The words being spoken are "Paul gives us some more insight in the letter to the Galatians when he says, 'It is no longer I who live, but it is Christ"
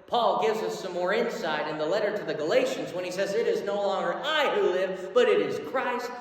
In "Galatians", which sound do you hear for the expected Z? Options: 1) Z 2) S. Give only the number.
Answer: 1